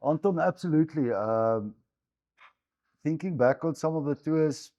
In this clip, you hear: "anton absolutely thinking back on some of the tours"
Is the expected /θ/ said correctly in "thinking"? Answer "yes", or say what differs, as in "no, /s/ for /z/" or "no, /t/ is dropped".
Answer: yes